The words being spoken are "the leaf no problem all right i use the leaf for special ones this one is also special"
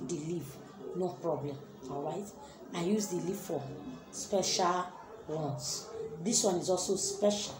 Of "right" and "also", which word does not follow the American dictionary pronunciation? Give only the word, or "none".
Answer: none